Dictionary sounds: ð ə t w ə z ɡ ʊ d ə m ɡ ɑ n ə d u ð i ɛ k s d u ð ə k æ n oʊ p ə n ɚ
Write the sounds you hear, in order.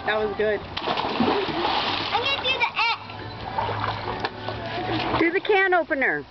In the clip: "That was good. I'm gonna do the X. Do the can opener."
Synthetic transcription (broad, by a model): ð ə t w ə z ɡ ʊ d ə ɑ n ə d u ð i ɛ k d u ð ə k æ n oʊ p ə n ɚ